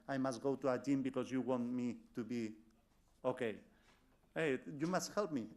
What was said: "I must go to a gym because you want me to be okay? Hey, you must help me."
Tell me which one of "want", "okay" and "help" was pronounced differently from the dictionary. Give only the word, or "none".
none